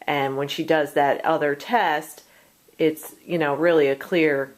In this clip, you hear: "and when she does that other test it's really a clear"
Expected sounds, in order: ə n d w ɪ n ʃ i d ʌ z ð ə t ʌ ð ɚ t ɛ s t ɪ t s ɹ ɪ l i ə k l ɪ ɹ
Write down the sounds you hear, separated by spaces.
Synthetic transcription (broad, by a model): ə n w ɪ n ʃ i d ʌ z ð ə t ʌ ð ɚ t ɛ s t ɪ t s ɹ ɪ l i ə k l ɪ ɹ